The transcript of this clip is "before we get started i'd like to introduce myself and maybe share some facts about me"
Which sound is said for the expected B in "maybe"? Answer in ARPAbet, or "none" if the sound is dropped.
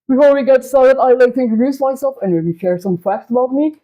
none